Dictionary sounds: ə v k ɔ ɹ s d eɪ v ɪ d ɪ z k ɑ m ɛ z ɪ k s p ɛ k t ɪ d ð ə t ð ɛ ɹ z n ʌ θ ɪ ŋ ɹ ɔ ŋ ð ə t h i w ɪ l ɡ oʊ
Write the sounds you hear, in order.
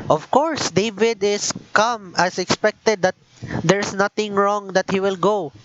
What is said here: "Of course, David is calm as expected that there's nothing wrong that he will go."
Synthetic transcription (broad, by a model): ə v k ɔ ɹ s d eɪ v ɪ d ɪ s k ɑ m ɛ s ɪ k s p ɛ k t ɪ d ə t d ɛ ɹ s n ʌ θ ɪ ŋ ɹ ɔ ŋ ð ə t h i w ɪ l ɡ oʊ